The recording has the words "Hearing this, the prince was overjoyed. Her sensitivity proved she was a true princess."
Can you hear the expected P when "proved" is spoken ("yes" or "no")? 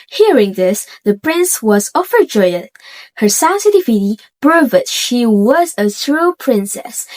no